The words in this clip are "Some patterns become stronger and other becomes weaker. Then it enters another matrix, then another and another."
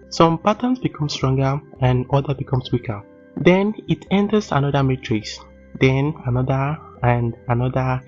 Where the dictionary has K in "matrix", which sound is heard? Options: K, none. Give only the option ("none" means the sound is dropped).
none